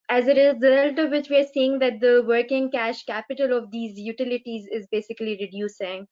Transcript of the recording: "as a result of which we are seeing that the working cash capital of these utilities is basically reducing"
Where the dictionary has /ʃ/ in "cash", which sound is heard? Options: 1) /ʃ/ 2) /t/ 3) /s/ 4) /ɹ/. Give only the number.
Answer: 1